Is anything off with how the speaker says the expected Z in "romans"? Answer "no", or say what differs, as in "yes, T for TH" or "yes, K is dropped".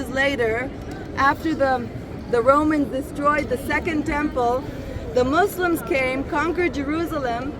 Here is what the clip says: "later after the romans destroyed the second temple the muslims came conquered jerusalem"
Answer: no